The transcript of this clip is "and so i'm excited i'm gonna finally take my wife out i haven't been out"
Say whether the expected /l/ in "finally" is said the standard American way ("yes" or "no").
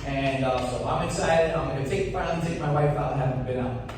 no